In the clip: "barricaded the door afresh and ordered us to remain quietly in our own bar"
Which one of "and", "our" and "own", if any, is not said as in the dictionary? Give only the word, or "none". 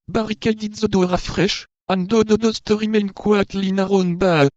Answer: none